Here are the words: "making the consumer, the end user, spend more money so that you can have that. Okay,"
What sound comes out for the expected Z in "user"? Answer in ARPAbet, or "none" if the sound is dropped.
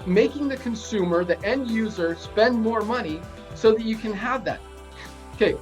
Z